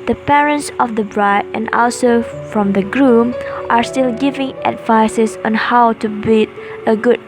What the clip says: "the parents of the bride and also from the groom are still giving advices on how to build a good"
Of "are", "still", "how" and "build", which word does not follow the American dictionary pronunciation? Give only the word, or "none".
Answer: build